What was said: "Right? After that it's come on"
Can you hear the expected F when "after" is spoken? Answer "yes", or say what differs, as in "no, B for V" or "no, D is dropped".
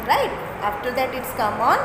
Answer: yes